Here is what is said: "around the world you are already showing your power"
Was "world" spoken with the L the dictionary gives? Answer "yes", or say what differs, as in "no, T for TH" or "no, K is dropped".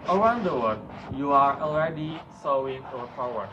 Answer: no, L is dropped